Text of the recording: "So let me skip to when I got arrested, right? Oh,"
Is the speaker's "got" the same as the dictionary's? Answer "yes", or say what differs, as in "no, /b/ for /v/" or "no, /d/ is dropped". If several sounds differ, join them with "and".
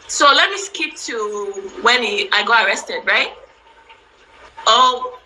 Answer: no, /t/ is dropped